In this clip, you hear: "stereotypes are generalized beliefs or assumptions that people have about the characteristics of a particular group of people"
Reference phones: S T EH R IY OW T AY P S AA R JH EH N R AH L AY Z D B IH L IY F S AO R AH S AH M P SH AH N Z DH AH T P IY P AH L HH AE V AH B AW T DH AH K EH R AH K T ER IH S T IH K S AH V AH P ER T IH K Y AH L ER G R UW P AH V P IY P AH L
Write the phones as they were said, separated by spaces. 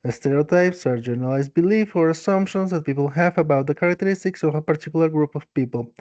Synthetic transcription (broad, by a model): S T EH R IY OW T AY P S AA R JH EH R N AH L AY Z B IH L IY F AO R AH S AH M P SH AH N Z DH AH T P IY P AH L HH AE V AH B AW T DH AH K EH R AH K T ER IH S T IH K S AH V AH P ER T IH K Y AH L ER G R UW P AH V P IY P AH L